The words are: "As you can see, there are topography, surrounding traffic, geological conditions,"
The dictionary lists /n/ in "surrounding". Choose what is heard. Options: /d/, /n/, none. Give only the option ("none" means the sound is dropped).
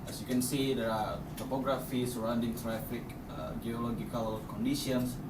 /n/